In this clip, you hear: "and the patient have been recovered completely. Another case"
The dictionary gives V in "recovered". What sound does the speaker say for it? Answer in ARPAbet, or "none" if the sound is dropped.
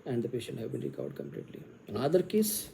none